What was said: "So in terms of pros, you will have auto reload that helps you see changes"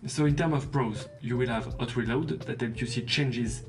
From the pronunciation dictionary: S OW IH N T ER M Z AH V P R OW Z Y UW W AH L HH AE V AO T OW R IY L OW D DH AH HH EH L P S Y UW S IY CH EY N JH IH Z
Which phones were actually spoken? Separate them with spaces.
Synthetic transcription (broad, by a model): S OW IH N T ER M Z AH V P R OW Z Y UW W AH L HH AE V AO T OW R IY L OW D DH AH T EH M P Y UW S IY CH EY N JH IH Z